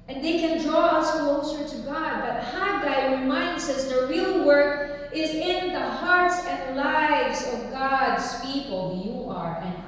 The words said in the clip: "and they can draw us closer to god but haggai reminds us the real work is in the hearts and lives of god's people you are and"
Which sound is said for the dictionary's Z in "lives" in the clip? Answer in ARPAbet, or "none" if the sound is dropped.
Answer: Z